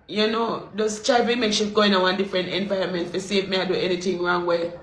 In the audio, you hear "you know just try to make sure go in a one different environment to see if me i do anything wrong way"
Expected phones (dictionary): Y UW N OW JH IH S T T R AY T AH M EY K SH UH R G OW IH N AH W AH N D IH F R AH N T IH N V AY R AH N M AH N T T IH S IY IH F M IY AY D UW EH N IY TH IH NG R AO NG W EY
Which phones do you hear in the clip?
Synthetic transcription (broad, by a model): Y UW N OW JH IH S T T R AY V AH M EY K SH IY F G OW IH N AH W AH N D IH F R AH N T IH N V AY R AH M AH N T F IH S IY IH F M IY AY D UW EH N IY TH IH NG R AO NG W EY